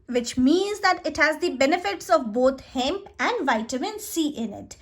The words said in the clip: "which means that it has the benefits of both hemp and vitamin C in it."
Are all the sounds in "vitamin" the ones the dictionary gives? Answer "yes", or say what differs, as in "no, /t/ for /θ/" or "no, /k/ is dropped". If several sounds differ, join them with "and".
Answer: yes